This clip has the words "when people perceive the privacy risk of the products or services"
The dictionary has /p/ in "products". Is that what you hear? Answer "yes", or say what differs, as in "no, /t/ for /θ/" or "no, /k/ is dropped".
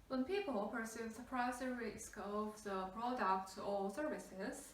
no, /b/ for /p/